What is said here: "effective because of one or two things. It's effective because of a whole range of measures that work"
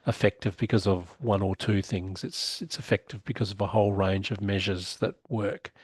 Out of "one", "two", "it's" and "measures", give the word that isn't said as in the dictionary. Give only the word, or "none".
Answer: none